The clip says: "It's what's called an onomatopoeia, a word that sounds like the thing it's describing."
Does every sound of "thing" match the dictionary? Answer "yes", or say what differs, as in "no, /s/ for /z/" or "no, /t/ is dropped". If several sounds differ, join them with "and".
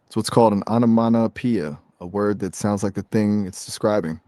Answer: yes